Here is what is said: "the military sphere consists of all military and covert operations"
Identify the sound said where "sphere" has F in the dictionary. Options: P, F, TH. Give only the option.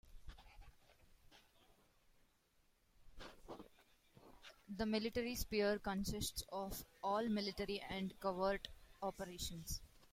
P